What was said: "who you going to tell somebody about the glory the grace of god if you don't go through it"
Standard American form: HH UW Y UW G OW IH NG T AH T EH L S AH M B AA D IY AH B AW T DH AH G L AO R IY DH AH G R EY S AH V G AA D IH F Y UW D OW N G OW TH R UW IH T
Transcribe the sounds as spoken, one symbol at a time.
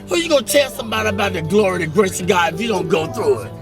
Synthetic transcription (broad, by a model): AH Y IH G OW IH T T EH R S AH M B AA D IY AH B AW T DH AH G L AO R IY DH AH G R EY S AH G AA IH F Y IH D OW N G OW TH R UW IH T